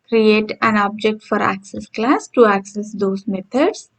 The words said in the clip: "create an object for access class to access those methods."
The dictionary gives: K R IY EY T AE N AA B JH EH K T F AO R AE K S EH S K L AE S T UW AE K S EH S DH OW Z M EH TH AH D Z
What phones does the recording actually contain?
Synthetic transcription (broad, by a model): K R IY EY T AE N AA B JH EH K T F AO R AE K S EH S K L AE S T UW AE K S EH S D OW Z M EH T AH D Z